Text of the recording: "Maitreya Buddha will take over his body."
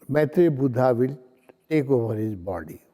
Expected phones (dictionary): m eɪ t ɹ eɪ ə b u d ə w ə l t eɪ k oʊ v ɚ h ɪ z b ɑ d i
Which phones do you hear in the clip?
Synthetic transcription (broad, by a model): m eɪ t ɹ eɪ b u d ə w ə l t eɪ k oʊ b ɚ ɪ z b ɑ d i